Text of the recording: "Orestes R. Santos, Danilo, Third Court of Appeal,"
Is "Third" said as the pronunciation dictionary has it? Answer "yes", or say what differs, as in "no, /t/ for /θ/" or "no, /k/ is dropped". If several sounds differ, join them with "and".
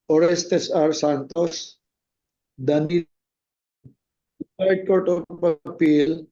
no, /s/ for /θ/